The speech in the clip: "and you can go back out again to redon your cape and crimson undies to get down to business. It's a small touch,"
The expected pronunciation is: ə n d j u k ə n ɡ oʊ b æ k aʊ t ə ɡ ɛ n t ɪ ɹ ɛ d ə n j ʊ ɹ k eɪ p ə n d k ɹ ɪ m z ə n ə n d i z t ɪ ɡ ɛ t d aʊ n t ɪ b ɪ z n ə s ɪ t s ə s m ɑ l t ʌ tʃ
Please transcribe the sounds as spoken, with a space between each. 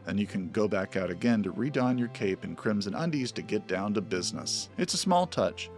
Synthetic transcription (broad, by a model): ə n j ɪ k ə n ɡ oʊ b æ k aʊ t ə ɡ ɛ n t ɪ ɹ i d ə n j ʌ ɹ k eɪ p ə n k ɹ ɪ m z ə n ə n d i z t ɪ ɡ ɛ t d aʊ n t ɪ b ɪ z n ə s ɪ t s ə s m ɑ l t ʌ tʃ